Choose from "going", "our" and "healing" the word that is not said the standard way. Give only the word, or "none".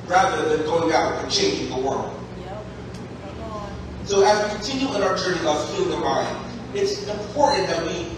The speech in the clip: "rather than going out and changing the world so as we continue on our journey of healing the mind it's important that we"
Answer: healing